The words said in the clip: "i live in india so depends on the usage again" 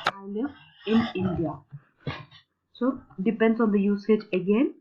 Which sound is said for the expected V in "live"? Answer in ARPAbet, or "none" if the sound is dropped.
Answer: none